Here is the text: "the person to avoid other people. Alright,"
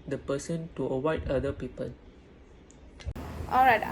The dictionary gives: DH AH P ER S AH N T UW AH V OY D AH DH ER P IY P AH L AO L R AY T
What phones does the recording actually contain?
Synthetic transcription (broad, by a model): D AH P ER S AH N T UW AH W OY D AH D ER P IY P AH L AO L R AY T